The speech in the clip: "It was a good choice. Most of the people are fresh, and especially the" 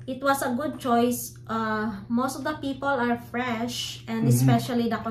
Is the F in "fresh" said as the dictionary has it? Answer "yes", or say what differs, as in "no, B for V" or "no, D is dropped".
yes